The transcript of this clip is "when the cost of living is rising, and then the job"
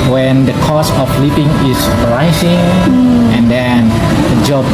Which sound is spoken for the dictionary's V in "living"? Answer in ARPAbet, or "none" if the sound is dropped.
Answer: P